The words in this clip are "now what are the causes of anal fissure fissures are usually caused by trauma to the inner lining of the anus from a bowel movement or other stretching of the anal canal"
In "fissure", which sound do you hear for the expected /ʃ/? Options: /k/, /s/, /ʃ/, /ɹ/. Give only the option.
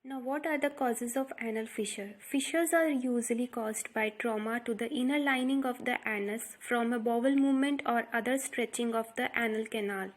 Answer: /ʃ/